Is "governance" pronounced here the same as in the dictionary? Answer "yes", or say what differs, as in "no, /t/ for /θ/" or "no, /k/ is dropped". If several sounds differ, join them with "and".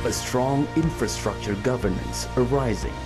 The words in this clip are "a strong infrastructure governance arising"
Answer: yes